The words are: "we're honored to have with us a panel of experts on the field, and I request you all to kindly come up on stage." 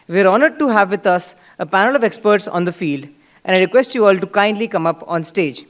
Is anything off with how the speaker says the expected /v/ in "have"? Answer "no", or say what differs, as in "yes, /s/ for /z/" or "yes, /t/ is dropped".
no